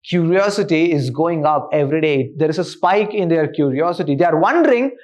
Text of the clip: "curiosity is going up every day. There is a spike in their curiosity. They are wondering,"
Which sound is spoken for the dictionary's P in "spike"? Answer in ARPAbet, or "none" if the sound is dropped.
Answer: P